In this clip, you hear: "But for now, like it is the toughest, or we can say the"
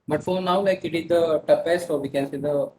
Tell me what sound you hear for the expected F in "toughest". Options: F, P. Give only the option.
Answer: P